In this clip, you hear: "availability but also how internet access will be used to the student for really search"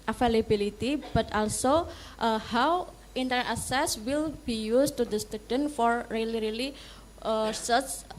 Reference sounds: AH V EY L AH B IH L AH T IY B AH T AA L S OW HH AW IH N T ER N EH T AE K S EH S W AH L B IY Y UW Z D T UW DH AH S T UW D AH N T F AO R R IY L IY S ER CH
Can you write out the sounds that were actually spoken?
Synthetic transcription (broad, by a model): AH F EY L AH B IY L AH T IY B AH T AA L S OW HH AW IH N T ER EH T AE S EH S W AH L B IY Y UW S T UW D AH S T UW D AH N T F AO R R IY L IY S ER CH